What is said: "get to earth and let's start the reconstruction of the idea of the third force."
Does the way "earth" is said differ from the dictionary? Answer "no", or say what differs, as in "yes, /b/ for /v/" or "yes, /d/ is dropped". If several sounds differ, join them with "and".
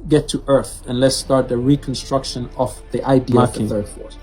no